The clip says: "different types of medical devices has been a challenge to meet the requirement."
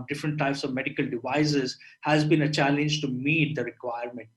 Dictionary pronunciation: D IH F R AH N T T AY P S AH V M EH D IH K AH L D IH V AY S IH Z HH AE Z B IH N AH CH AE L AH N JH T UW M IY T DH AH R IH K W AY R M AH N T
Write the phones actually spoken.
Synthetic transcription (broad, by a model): D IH F R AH N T T AY P S AH V M EH D IH K AH L D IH V AY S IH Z HH AE Z B IH N AH CH AE L AH N JH T UW M IY T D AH R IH K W AY R M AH N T